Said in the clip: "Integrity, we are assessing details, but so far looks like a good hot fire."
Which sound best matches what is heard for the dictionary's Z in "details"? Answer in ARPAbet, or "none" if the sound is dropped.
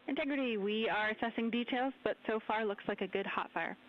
Z